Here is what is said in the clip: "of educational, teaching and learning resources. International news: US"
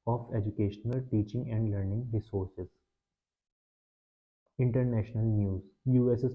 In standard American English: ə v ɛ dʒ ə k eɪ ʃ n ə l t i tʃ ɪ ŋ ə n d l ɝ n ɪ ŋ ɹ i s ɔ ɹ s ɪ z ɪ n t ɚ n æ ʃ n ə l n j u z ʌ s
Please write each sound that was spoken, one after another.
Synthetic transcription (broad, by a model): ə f ɛ dʒ ə k eɪ ʃ n ə l t i tʃ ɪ ŋ ə n d l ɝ n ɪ ŋ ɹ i s ɔ ɹ s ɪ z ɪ n t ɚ n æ ʃ n ə l n j u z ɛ s